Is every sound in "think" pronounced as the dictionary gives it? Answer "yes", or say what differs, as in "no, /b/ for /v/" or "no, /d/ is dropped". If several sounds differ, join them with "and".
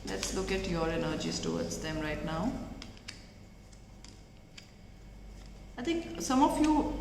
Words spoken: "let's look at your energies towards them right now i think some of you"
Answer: no, /t/ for /θ/